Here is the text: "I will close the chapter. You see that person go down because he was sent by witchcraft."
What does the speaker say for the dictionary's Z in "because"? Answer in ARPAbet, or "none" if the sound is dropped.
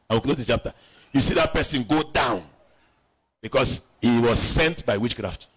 S